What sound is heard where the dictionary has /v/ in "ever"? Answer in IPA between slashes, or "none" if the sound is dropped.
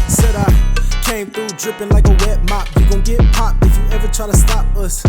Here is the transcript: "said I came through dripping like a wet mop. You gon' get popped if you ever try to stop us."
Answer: /v/